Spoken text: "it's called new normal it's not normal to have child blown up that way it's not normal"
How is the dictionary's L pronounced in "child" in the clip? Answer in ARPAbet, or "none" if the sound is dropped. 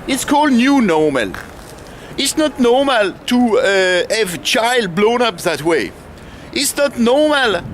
L